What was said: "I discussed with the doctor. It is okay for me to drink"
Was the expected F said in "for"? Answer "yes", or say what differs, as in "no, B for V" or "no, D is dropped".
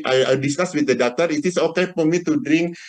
no, P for F